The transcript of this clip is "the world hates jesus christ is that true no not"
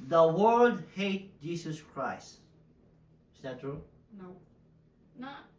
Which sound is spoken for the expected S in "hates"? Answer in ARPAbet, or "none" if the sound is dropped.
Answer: none